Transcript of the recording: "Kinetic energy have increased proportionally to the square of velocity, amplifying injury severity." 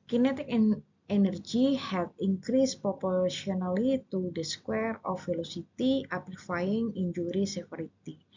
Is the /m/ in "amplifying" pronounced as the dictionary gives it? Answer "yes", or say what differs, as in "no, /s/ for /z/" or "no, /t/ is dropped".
no, /m/ is dropped